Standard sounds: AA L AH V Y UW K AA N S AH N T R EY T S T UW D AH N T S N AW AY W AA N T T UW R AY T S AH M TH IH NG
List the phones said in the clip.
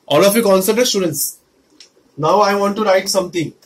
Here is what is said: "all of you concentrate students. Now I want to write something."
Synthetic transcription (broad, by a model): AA L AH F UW K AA N S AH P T EY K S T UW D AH N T S N AW AY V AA N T T UW R AY T S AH M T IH NG